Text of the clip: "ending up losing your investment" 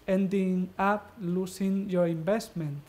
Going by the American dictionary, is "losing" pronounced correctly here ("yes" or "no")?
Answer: no